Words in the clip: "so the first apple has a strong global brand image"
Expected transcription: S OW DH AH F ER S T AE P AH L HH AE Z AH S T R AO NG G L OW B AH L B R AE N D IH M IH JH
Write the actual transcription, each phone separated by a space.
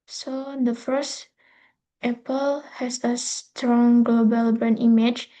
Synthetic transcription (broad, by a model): S OW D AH F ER S T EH P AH L HH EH S AH S T R AO NG G L OW B AH L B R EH N IY M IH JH